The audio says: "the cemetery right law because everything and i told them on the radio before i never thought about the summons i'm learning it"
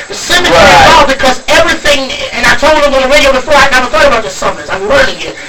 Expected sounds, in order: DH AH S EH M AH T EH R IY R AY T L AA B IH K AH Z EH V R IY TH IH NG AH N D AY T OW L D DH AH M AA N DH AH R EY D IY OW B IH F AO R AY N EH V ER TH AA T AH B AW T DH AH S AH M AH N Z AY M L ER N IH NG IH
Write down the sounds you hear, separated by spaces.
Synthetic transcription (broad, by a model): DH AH S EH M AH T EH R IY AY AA B IH K AH Z EH V R IY TH IH NG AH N AY T OW L D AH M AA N DH AH R EY D IY OW B IH F AO R AY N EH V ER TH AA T AH B AW T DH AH S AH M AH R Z AY M W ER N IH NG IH